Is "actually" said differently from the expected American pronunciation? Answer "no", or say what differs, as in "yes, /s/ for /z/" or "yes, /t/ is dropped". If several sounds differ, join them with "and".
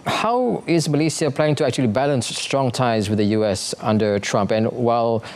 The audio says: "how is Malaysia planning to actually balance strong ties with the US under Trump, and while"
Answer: no